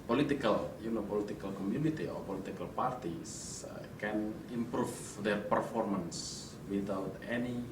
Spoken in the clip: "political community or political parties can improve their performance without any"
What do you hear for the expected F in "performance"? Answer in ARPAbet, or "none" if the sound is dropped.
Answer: F